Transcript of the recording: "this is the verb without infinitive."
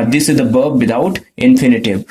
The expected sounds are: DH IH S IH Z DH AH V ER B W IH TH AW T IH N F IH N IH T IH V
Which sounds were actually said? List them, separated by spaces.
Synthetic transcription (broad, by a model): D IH S IH Z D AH B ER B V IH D AW T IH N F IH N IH T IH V